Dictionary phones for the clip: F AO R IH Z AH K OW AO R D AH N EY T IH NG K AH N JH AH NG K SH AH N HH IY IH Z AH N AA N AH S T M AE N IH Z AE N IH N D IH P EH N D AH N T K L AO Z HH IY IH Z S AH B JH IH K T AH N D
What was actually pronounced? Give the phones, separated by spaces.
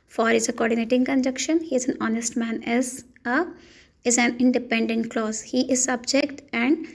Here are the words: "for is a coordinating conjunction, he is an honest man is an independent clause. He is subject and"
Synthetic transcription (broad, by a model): F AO R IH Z AH K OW AO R D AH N EY T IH NG K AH N JH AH K SH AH N HH IY IH Z AH N AA N AH S T M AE N IH Z AE N IH N D IH P EH N D AH N T K L AO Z HH IY IH Z S AH B JH IH K T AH N D